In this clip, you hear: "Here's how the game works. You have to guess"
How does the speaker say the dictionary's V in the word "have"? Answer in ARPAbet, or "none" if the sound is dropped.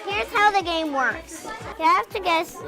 F